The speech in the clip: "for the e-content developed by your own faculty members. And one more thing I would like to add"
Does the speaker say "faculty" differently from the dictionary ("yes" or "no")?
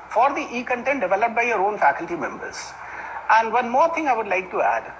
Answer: no